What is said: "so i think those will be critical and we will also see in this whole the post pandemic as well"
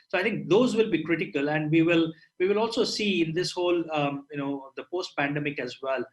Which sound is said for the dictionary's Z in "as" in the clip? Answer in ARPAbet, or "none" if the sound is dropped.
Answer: Z